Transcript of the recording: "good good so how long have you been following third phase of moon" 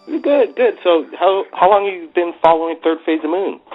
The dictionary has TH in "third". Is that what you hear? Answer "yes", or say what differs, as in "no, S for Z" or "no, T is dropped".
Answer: yes